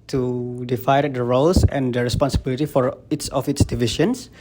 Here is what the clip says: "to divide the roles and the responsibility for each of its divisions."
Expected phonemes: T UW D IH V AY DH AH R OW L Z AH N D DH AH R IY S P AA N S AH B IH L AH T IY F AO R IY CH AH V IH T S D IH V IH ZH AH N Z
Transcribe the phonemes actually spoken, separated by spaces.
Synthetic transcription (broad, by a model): T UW D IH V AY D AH R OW L S AH N D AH R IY S P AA N S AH B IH L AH T IY F AO R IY S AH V IH T S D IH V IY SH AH N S